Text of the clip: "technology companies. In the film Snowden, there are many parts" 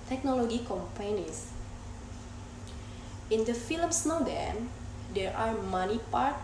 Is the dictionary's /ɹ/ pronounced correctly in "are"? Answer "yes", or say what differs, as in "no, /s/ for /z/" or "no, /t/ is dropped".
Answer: yes